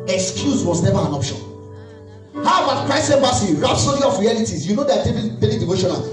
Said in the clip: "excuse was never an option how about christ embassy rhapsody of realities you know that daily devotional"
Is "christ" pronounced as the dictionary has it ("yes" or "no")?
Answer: no